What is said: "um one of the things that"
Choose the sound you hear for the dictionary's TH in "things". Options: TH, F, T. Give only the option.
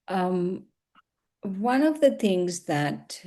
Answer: TH